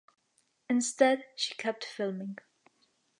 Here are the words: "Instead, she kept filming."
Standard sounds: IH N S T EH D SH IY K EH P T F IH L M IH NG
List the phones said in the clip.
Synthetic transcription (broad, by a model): IH N S T EH D SH IY K EH P T F IH L M IH NG